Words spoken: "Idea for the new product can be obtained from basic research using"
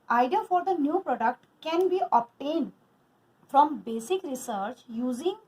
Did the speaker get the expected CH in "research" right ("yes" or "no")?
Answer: yes